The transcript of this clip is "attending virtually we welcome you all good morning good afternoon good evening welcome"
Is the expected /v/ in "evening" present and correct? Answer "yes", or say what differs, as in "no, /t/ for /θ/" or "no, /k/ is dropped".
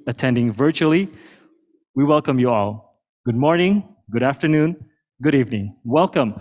yes